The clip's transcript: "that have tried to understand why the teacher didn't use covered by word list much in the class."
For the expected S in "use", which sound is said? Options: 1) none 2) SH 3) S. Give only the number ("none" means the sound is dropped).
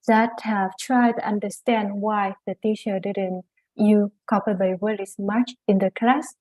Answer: 1